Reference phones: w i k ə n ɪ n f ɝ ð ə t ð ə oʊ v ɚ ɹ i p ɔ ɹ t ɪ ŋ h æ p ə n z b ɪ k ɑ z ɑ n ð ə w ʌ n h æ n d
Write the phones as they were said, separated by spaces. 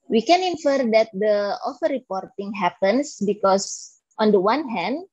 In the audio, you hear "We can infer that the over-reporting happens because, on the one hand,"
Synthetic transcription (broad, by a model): w i k ə n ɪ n f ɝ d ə t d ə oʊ f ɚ ɹ i p ɔ ɹ t ɪ ŋ h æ p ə n s b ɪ k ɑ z ɑ n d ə w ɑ n h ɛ n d